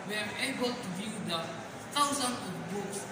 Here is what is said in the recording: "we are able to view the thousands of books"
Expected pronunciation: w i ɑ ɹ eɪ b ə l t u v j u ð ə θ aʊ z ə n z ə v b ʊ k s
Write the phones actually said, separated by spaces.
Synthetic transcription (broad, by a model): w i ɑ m eɪ b ə l t u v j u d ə t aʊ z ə n s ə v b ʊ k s